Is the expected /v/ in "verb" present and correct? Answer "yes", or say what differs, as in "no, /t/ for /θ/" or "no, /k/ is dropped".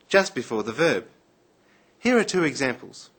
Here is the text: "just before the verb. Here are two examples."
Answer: yes